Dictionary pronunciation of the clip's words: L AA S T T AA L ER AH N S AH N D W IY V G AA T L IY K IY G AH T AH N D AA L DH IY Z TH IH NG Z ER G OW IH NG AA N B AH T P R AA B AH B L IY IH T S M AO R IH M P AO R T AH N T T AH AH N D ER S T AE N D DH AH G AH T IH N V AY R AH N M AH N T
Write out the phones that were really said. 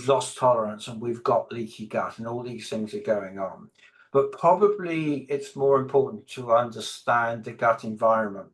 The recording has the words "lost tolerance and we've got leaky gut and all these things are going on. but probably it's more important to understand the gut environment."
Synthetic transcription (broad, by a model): L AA S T T AA L ER AH N S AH N W IY V G AA T L IY K IY G AH T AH N AA L DH IY Z TH IH NG Z ER G OW IH NG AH N B AH T P R AA B AH B L IY IH T S M AO R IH M P AO R T N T T AH AH N D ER S T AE N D DH AH G AH T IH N V AY R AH N M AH N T